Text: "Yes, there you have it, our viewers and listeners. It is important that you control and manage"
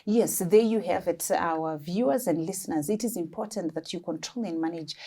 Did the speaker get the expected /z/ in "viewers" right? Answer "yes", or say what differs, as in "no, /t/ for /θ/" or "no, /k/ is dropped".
yes